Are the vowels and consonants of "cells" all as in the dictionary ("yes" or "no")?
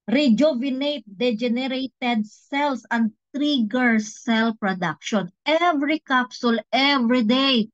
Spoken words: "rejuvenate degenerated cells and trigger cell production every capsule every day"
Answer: no